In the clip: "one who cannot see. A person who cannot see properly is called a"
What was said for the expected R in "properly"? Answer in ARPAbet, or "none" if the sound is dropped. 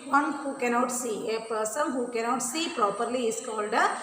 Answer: R